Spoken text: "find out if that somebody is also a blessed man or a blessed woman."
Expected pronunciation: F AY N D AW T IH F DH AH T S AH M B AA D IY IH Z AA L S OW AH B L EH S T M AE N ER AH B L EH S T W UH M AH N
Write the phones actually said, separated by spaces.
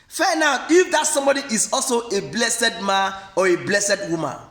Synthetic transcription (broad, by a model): F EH N AW IH F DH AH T S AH M B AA D IY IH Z AA L S OW AH B L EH S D M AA N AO AH B L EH S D W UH M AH N